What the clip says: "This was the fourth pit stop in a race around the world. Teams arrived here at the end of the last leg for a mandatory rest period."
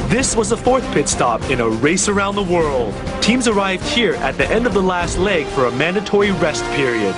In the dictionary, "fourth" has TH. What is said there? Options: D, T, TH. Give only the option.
TH